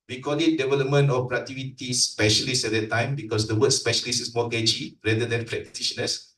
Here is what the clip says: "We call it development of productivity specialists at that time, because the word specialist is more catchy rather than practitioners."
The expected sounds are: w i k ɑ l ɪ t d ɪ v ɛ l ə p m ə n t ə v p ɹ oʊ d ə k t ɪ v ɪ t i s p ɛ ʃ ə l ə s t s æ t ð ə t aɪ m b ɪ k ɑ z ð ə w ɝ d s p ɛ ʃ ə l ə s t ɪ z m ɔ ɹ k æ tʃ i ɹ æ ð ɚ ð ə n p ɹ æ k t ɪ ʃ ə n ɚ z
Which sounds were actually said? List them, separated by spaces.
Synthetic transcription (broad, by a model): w i k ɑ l ɪ t d ɪ v ɛ l ə p m ə n t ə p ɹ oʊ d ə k t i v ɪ t i s p ɛ ʃ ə l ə s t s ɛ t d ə t aɪ m b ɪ k ɑ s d ə w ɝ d s p ɛ ʃ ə l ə s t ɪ s m ɔ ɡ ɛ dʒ i ɹ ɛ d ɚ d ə n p ɹ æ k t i ʃ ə n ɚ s